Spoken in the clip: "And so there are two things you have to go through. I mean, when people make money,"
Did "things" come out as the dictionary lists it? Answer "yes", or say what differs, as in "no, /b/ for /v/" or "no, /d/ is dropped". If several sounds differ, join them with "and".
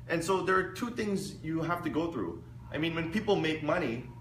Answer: yes